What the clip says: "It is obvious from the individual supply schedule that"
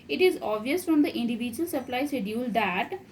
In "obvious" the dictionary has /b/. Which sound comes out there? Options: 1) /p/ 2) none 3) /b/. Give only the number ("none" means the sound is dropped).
2